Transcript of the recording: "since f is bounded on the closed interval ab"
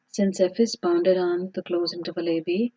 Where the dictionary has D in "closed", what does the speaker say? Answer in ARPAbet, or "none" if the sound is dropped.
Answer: none